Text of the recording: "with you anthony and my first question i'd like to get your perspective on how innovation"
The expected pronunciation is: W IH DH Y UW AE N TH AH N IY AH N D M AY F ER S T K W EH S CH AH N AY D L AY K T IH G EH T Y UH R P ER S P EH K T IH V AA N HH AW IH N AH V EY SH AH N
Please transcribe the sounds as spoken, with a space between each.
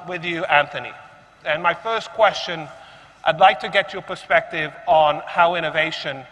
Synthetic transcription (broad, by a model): W IH DH Y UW AE N TH AH N IY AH N M AY F ER S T K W EH S CH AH N AY D L AY K T IH G EH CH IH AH P ER S P EH K T IH V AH N HH AW IH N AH V EY SH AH N